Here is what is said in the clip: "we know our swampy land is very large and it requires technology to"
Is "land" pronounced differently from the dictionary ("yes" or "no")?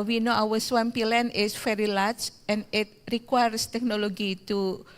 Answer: yes